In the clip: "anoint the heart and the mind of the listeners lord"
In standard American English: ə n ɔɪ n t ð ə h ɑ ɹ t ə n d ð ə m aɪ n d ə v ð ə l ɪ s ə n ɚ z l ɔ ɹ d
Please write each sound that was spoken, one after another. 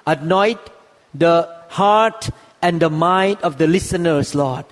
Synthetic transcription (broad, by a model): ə n ɔɪ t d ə h ɑ ɹ t ə n d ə m aɪ n d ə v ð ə l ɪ s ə n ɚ s l ɔ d